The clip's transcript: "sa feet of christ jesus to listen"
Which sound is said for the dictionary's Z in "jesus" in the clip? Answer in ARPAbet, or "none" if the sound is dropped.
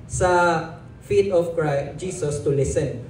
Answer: S